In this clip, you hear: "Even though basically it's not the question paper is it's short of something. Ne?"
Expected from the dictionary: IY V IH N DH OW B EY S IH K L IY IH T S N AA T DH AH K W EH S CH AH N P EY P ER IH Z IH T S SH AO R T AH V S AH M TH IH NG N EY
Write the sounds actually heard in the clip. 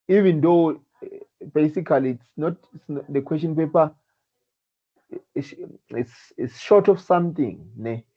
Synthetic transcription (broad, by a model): IY V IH N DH OW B EY S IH K L IY T S N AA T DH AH K W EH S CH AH N P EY P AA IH S IH T S SH AO T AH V S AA M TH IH NG N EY